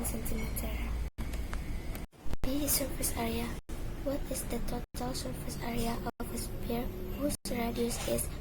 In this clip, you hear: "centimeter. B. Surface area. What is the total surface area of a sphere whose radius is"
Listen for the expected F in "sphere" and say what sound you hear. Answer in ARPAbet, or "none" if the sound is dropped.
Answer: P